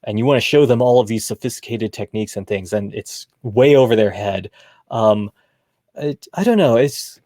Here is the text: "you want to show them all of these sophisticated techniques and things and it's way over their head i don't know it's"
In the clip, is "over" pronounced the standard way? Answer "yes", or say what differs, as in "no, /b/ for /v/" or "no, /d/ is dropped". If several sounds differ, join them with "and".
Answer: yes